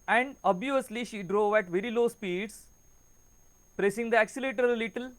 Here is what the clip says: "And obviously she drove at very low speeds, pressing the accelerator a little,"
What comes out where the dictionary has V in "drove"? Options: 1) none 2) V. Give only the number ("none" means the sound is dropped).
2